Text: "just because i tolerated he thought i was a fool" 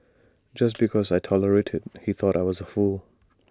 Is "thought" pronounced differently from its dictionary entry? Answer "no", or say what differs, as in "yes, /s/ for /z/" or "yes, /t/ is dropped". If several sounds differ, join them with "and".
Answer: no